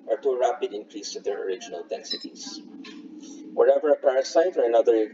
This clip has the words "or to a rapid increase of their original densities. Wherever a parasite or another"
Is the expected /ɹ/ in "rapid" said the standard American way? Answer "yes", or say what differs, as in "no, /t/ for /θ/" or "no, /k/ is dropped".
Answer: yes